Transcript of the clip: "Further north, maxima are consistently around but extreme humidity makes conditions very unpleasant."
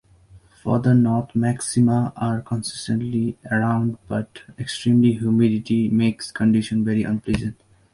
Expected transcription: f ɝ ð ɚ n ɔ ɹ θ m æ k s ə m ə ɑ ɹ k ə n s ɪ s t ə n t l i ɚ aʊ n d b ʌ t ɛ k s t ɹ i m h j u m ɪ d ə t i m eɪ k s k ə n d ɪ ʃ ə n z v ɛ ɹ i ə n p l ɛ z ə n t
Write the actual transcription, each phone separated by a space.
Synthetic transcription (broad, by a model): f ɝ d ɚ n ɔ ɹ t m æ k s ə m ə ɑ ɹ k ə n s ɪ s t ə n t l i ɚ aʊ n d b ʌ t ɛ k s t ɹ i m h j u m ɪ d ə t i m eɪ k s k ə n d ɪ ʃ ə n v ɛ ɹ i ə n p l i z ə n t